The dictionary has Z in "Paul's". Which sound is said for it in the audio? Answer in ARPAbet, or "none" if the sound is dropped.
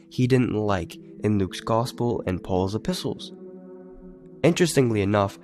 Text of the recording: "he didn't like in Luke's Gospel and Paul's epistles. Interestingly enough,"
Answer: Z